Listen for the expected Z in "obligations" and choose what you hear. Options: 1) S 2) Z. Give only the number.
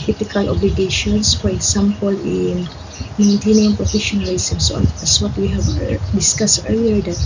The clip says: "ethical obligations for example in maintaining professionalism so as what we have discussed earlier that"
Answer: 1